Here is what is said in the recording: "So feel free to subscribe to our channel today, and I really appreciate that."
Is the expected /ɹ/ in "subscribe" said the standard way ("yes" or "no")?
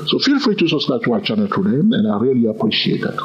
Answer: no